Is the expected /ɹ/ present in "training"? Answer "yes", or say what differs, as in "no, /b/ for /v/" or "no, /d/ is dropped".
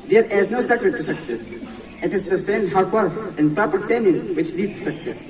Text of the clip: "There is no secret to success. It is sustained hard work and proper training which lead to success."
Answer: no, /ɹ/ is dropped